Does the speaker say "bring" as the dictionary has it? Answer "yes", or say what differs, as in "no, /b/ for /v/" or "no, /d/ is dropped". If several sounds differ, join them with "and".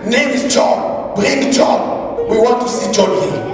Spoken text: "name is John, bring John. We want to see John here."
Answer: no, /ɹ/ is dropped